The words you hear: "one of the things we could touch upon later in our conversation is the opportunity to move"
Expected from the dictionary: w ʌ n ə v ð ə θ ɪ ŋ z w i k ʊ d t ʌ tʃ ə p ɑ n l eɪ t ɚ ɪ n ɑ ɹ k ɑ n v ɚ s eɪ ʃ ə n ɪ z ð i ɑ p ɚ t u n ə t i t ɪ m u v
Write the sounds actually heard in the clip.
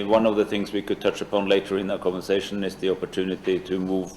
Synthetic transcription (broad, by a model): w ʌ n ə v ð ə θ ɪ ŋ z w i k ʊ d t ʌ tʃ ə p ɑ n l eɪ t ɚ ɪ n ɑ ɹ k ɑ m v ɚ s eɪ ʃ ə n ɪ z ð i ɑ p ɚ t u n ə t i t ɪ m u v